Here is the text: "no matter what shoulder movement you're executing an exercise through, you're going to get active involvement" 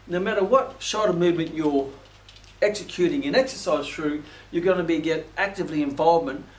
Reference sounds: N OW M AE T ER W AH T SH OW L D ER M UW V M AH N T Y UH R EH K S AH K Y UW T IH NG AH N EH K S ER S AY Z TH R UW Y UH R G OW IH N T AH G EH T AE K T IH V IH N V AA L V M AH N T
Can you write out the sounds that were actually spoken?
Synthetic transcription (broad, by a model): N OW M AE T ER W AH T SH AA D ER M UW V M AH N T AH R EH K S AH K Y UW T IH NG AH N EH K S ER S AY Z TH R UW Y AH R G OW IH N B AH G EH T AE K T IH V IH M V AA L V M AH N T